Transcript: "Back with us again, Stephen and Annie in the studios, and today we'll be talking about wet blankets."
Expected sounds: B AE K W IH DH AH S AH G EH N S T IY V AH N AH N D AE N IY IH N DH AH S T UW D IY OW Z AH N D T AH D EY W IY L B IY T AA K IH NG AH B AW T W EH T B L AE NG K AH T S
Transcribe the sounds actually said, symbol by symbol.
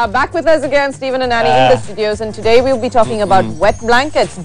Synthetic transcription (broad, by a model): B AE K W IH DH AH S AH G EH N S T IY V AH N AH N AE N IY IH N DH AH S T UW D IY OW Z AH N T AH D EY W IY L B IY T AA K IH NG AH B AW T W EH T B L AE NG K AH T S